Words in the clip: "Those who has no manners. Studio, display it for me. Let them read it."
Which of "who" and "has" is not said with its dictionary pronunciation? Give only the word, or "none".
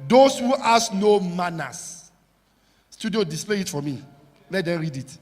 has